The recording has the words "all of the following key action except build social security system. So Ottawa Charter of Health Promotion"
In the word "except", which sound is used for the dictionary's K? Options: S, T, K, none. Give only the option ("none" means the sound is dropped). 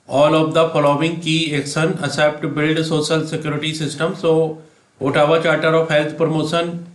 none